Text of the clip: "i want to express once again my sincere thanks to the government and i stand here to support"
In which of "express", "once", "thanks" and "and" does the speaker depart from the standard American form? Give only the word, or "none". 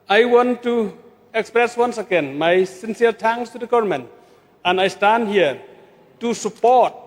thanks